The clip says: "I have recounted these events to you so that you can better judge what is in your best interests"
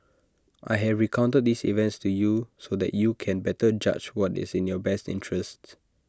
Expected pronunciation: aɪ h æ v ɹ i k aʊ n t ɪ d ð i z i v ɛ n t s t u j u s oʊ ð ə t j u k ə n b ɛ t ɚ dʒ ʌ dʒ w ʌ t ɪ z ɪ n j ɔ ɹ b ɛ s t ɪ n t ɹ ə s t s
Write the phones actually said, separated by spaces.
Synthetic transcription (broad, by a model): aɪ h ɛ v ɹ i k aʊ n t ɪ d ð i s i v ɛ n t s t u j u s oʊ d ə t j u k ə n b ɛ t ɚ dʒ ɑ tʃ w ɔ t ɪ s ɪ n j ɔ b ɛ s t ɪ n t ɹ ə s t